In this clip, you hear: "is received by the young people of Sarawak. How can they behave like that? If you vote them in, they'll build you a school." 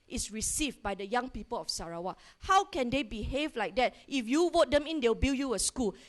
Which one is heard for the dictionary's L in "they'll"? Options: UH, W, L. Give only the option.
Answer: W